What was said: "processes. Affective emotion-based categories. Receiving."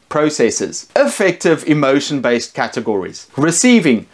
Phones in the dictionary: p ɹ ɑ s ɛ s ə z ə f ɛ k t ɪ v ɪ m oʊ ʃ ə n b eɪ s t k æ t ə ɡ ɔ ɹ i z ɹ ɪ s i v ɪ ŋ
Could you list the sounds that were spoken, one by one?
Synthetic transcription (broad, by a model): p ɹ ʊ s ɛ s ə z ə f ɛ k t ɪ v ɪ m oʊ ʃ ə n b eɪ s t k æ t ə ɡ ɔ ɹ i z ɹ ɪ s i v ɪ ŋ